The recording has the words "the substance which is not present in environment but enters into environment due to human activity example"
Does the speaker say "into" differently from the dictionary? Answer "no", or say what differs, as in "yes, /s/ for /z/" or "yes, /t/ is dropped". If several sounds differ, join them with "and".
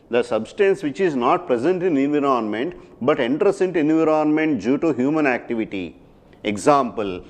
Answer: no